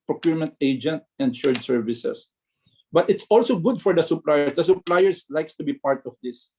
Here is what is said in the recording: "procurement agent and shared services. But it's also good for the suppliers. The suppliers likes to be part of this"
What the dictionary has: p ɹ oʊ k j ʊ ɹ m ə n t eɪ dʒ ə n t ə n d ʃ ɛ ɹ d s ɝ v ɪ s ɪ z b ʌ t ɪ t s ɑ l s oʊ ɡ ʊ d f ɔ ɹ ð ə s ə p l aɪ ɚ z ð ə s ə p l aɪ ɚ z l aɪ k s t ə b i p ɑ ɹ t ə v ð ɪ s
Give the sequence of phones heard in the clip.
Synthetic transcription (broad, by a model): p ɹ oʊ k j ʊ ɹ m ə n t eɪ dʒ ə n t ə n d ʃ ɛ ɹ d s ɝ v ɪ s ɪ s b ʌ t ɪ t s ɑ l s oʊ ɡ ʊ d f ɔ ɹ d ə s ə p l aɪ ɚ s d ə s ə p l aɪ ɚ s l aɪ k s t ə b i p ɑ ɹ t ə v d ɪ s